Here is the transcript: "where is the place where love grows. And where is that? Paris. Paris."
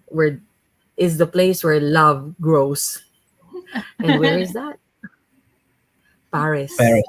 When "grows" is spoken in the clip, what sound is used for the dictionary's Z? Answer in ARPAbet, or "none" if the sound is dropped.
S